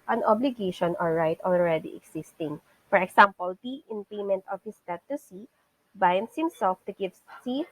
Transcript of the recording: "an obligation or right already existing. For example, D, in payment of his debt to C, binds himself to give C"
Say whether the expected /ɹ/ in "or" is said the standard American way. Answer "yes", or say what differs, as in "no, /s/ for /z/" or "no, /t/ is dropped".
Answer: no, /l/ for /ɹ/